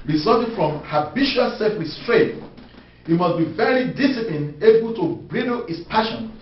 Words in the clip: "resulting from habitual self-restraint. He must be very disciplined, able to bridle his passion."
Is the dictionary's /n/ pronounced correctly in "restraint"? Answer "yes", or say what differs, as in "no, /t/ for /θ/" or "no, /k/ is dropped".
no, /n/ is dropped